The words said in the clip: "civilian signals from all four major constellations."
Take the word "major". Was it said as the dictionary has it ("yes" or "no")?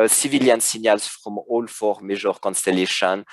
no